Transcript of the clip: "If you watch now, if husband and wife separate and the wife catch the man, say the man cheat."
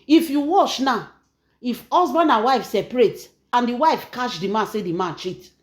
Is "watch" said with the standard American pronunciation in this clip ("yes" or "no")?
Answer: no